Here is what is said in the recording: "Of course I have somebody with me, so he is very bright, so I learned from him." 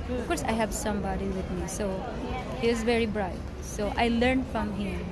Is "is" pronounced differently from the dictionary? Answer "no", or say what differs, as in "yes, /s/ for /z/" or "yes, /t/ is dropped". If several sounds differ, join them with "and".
no